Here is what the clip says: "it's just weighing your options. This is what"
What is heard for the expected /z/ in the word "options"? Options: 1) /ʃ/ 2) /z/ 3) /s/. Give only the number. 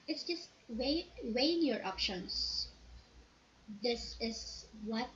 3